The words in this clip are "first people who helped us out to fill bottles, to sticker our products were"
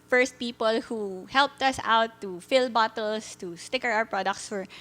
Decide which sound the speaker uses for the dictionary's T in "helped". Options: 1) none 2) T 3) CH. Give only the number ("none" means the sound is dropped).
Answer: 2